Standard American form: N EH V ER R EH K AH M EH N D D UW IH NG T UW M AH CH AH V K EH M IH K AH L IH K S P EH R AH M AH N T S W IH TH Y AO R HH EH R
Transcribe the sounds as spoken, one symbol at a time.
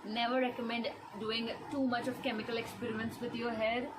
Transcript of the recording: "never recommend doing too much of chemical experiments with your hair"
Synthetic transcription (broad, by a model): N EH V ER R EH K AH M EH N D D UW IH NG T UW M AH CH AH V K EH M IH K AH L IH K S P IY R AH AH N S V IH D Y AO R HH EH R